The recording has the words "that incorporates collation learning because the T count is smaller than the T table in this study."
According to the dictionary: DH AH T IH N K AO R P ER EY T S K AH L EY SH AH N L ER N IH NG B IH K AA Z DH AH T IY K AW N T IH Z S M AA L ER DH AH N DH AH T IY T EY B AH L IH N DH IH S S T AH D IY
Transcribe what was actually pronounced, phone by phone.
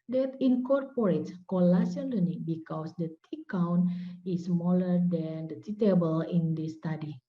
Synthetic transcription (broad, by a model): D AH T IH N K AO R P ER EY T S K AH L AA S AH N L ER N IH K B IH K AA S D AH T IY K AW N IH S M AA L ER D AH N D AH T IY T EY B AH L IH N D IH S S T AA D IY